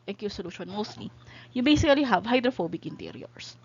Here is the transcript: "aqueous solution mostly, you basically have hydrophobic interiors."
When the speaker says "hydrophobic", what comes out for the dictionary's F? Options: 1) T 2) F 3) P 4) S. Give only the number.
2